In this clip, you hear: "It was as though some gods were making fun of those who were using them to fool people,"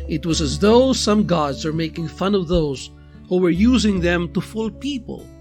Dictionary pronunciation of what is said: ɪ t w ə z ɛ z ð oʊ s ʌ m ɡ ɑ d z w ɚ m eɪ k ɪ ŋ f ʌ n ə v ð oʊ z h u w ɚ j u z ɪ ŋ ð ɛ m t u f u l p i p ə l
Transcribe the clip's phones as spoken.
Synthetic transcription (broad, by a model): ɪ t w ə z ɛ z ð oʊ s ʌ m ɡ ɑ d z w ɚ m eɪ k ɪ ŋ f ʌ n ə v ð oʊ z h u w ɚ j u z ɪ ŋ ð ɛ m t u f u l p i p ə l